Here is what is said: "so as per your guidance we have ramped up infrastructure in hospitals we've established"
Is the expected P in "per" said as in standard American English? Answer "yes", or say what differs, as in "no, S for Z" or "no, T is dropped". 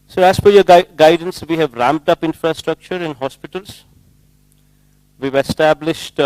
no, F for P